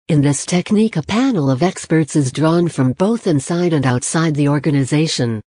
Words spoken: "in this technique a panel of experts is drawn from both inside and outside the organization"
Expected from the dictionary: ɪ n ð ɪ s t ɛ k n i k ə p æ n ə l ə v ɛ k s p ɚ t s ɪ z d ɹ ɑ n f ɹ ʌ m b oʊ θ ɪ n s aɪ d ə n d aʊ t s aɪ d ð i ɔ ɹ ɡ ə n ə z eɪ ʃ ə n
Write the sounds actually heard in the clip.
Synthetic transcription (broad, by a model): ɪ n ð ɪ s t ɛ k n i k ə p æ n l ə v ɛ k s p ɚ t s ɪ z d ɹ ɑ n f ɹ ʌ m b oʊ θ ɪ n s aɪ d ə n aʊ t s aɪ d ð i ɔ ɹ ɡ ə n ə z eɪ ʃ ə n